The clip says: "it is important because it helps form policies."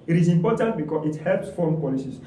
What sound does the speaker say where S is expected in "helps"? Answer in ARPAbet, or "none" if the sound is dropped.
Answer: S